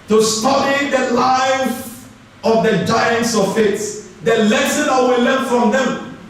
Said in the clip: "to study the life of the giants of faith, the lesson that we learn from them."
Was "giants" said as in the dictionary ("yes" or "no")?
yes